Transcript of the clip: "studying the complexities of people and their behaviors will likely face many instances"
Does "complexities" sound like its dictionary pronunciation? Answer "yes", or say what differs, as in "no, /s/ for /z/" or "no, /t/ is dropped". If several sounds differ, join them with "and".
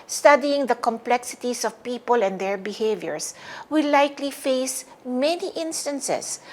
no, /s/ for /z/